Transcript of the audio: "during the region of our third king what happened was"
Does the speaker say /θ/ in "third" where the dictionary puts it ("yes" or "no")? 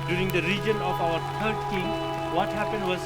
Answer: no